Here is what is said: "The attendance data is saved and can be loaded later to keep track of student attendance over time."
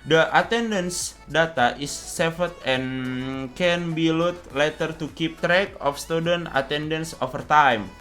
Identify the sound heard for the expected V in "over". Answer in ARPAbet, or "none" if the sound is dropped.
F